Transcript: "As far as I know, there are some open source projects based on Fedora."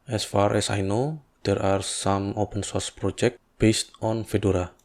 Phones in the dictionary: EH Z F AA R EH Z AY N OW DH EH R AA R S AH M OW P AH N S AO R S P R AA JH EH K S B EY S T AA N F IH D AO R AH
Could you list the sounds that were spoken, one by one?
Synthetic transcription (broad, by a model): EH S F AA R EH S AY N OW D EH R AA R S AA M OW P AH N S AO R S P R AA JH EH K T B EY S T AA N F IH D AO R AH